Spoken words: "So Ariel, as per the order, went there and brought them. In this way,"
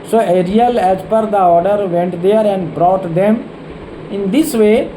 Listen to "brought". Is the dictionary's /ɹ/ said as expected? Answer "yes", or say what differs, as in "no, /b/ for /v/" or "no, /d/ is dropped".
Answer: yes